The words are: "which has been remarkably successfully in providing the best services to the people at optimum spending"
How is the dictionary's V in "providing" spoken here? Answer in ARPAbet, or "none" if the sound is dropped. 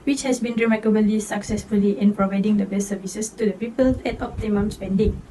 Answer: V